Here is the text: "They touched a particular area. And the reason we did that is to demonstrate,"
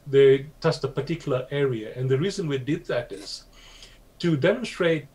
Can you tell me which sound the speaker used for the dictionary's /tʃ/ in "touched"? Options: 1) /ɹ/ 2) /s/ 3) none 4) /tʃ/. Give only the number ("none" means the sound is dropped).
2